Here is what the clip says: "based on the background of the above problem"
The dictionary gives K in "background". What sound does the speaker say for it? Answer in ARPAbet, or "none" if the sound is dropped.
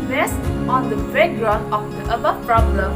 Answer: none